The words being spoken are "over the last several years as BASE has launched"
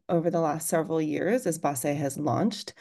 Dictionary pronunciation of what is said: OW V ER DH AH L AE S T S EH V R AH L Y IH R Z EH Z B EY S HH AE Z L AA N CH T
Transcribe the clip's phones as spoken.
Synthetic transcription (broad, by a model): OW V ER DH AH L AE S T S EH V R L Y IH R Z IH Z B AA S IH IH Z L AA N CH T